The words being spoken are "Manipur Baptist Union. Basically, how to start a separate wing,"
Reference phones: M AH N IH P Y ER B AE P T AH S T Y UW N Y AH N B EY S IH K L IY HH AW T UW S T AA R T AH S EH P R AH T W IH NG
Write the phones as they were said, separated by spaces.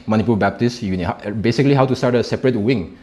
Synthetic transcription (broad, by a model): M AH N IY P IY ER B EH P T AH S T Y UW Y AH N B EY S IH K L IY HH AW T UW S T AA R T AH S EH P R AH T W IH NG